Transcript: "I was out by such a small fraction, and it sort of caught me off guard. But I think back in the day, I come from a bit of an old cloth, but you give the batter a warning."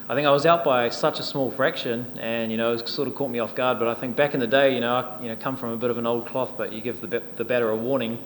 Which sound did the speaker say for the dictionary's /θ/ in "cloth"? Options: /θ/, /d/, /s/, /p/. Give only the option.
/θ/